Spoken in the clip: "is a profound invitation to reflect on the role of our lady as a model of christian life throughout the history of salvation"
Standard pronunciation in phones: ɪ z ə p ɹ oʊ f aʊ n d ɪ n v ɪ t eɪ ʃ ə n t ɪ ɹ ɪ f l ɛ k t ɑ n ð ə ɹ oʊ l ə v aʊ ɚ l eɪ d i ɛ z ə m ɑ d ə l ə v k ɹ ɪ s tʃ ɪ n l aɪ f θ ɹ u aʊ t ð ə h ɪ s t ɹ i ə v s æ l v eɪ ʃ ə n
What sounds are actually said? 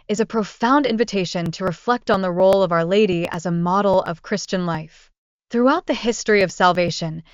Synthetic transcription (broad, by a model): ɪ z ə p ɹ oʊ f aʊ n d ɪ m v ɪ t eɪ ʃ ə n t ɪ ɹ ɪ f l ɛ k t n ð ə ɹ oʊ l ə v aʊ ɚ l eɪ d i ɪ z ə m ɑ d l ə v k ɹ ɪ s tʃ ɪ n l aɪ f θ ɹ u aʊ t ð ə h ɪ s t ɹ i ə v s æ l v eɪ ʃ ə n